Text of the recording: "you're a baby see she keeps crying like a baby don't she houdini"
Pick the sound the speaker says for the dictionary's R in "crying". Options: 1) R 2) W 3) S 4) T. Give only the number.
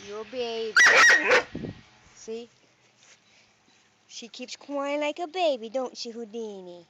2